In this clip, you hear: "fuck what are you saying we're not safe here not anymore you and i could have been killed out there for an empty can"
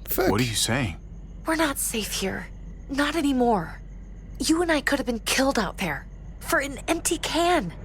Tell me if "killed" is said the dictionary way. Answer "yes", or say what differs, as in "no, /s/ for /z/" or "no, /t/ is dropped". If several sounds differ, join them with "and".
yes